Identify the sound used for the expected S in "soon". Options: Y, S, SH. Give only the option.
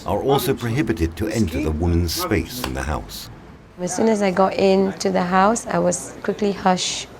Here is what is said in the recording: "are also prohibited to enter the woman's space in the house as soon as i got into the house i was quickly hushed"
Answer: S